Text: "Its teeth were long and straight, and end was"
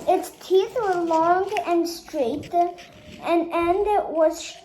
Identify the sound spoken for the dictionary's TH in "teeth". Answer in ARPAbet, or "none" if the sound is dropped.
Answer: TH